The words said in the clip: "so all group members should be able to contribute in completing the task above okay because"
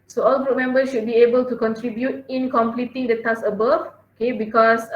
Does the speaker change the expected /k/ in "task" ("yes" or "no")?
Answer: yes